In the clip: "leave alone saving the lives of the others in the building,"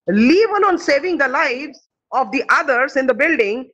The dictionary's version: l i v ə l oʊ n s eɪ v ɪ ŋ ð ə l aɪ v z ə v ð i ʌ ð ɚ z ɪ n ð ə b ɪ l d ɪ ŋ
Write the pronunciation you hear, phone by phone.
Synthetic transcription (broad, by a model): l i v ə n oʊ n s eɪ v ɪ ŋ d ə l aɪ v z ə v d i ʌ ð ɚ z ɪ n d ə b ɪ l d ɪ ŋ